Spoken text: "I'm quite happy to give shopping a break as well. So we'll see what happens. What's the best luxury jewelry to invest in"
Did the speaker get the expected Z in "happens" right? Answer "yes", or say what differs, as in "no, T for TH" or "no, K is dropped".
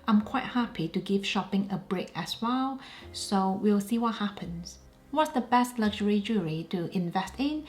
no, S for Z